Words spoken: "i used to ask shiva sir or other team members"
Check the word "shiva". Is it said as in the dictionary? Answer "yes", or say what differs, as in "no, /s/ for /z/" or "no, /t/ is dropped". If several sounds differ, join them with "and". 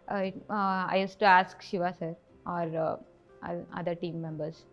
yes